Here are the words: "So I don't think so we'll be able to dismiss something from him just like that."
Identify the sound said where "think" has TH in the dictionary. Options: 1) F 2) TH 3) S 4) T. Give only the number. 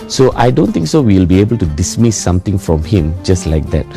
4